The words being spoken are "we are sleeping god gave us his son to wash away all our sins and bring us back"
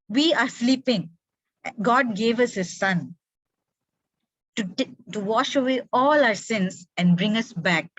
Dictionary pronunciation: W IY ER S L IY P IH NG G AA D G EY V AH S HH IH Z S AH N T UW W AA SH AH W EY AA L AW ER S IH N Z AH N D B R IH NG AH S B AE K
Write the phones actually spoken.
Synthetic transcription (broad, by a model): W IY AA S L IY P IH NG G AA D G EY V AH S HH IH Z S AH N T UW W AA SH AH W EY AA L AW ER S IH N S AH N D B R IH NG AH S B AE K